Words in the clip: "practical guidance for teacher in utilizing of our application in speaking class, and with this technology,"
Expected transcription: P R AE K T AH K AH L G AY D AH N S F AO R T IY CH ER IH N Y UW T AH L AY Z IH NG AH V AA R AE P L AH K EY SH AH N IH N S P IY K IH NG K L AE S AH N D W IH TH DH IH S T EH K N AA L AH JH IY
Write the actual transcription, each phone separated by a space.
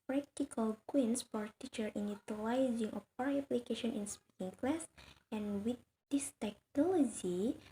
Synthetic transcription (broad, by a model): P R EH K T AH K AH L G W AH N S F AO R T IY CH ER IH N Y UW T AH L AY Z IH NG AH P AA R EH P L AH K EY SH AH N IH N S P IY K IH NG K L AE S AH N W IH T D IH S T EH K N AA L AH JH IY